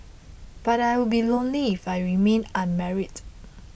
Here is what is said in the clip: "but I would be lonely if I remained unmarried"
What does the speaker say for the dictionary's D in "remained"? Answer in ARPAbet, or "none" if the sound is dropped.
none